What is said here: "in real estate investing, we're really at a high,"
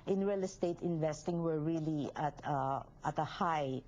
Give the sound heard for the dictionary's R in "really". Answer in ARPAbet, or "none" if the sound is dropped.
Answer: L